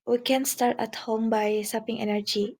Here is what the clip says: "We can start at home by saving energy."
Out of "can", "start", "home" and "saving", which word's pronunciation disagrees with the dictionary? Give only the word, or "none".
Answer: saving